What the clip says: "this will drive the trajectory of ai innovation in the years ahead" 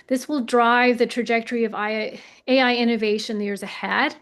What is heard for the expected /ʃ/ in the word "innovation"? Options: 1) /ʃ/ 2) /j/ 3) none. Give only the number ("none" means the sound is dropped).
3